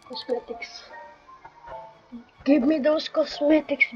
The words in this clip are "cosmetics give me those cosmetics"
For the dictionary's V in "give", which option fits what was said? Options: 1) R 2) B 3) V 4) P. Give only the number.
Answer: 2